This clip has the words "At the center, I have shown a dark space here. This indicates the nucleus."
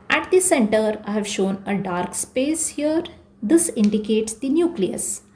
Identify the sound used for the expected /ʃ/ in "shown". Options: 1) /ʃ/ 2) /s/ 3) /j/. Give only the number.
1